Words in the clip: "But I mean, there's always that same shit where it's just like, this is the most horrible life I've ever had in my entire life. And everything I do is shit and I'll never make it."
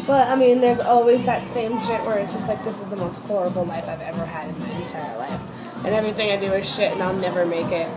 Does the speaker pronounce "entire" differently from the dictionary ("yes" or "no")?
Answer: yes